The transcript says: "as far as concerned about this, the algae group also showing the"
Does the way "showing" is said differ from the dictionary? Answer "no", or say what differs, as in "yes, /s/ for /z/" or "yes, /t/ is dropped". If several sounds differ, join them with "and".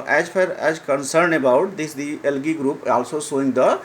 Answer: yes, /s/ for /ʃ/